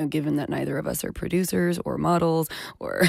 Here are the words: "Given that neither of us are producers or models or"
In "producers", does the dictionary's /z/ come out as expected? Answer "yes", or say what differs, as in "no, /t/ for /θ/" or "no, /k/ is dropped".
yes